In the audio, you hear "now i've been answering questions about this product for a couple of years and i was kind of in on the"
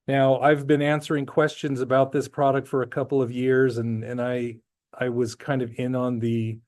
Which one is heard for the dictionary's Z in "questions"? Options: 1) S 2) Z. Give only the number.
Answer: 2